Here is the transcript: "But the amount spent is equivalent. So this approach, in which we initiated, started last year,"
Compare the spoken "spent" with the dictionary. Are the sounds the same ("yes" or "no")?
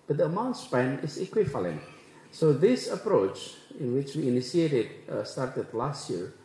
no